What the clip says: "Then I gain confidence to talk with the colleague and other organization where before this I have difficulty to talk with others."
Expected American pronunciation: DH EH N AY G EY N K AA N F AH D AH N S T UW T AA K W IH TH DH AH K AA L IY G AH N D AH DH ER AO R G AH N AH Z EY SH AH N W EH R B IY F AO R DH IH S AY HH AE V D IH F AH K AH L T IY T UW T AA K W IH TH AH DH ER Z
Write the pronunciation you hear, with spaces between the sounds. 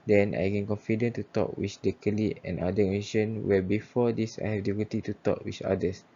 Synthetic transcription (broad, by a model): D EH N AY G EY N K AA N F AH D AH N T UW T AA K W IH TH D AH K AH L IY AH N D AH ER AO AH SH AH N W EH B IY F AO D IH S AY HH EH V D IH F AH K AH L T IY T UW T AA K W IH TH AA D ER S